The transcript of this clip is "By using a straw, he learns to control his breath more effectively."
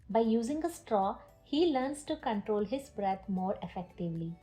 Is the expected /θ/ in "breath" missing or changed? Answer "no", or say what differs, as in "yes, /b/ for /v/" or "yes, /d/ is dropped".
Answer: yes, /t/ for /θ/